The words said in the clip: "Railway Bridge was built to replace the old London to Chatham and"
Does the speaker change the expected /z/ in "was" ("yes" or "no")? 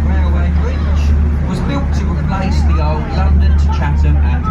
no